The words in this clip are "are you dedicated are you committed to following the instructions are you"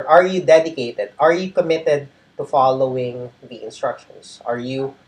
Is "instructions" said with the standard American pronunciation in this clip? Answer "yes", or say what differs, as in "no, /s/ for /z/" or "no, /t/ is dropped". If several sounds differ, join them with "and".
no, /s/ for /z/